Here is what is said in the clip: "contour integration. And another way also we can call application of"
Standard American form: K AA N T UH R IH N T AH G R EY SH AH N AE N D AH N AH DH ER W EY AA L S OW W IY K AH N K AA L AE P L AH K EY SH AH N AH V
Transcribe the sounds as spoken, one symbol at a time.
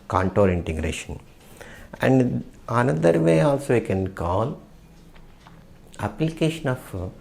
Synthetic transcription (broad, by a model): K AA N T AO R IH N T AH G R EY SH AH N AE N D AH N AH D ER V EY AA L S OW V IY K AH N K AA L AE P L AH K EY SH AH N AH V